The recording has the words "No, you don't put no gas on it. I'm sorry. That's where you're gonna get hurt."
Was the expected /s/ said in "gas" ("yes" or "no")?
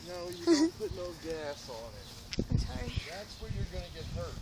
yes